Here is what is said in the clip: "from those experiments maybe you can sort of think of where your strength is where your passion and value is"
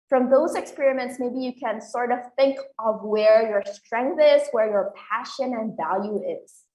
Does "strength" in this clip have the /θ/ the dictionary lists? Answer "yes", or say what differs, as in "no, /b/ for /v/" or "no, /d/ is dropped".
yes